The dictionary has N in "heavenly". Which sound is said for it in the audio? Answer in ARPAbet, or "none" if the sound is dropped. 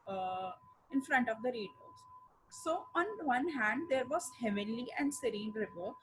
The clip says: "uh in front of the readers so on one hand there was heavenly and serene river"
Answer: none